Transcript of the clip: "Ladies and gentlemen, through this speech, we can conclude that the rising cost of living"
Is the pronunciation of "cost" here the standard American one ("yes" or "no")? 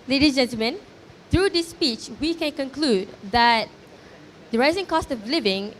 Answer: yes